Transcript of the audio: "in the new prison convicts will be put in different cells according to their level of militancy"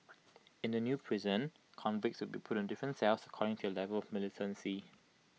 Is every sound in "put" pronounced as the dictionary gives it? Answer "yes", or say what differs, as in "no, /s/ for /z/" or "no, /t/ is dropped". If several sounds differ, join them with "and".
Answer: yes